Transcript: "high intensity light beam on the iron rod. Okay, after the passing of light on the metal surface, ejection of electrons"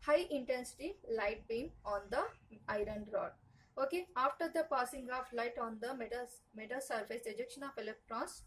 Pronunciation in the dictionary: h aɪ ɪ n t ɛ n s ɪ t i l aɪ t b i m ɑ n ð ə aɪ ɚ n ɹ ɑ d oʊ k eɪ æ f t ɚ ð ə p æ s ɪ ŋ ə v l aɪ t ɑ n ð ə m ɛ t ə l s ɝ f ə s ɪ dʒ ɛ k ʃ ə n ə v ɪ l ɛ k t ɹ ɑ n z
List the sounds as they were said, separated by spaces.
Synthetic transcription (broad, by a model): h aɪ ɪ n t ɛ n s ɪ t i l aɪ t b i m ɑ n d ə aɪ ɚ n ɹ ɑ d oʊ k eɪ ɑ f t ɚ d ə p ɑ s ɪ ŋ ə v l aɪ t ɑ n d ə m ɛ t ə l s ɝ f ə s ɪ dʒ ɛ k ʃ ə n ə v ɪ l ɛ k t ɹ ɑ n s